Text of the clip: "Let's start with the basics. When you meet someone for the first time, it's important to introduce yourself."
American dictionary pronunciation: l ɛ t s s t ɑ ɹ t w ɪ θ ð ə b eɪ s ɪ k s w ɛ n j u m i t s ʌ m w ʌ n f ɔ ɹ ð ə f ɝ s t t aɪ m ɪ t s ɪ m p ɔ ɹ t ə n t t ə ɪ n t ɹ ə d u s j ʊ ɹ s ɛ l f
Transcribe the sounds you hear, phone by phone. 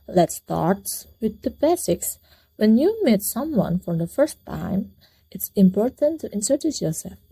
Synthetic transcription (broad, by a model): l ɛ t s s t ɑ ɹ t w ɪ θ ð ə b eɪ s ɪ k s w ɛ n j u m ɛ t s ʌ m w ʌ n f ɔ ɹ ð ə f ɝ s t t aɪ m ɪ t s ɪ m p ɔ ɹ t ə n t t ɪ n s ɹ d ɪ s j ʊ ɹ s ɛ l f